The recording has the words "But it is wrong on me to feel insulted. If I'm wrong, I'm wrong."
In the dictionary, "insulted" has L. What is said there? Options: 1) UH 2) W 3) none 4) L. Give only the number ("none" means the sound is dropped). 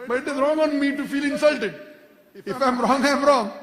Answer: 4